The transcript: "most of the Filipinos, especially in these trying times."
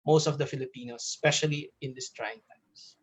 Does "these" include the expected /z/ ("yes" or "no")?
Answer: no